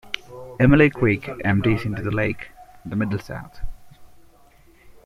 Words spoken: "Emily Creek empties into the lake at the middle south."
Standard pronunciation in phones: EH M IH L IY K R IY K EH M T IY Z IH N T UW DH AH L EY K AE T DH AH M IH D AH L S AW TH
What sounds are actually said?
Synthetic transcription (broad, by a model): EH M IH L IY K W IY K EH M T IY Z IH N T UW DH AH L EY K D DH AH M IH D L S AW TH